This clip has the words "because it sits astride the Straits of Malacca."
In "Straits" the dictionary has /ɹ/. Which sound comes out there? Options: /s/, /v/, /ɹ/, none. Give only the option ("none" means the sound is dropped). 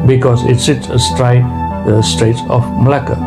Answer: /ɹ/